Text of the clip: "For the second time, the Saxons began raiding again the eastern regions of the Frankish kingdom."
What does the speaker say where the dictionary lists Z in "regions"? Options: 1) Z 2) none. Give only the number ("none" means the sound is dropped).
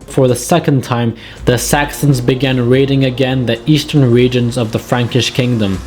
1